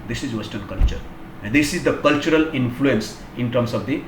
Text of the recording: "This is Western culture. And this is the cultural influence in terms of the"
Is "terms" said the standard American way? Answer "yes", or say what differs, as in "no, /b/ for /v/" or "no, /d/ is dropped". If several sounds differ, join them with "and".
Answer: no, /s/ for /z/